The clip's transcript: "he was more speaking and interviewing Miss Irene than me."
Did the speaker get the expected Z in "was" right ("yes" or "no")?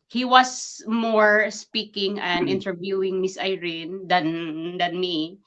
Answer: no